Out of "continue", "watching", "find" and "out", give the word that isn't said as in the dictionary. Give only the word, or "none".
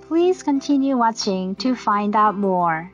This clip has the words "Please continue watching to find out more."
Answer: none